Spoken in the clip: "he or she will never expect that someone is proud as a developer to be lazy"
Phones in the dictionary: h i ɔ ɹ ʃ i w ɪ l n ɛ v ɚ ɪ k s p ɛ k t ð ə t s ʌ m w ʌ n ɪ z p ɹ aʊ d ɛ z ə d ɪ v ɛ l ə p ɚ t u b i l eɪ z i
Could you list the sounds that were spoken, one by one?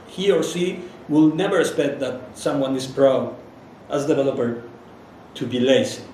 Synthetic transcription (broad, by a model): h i ɔ ɹ s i w ɪ l n ɛ v ɚ ɪ k s p ɛ k t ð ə t s ʌ m w ʌ n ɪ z p ɹ aʊ d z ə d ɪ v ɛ l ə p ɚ t u b i l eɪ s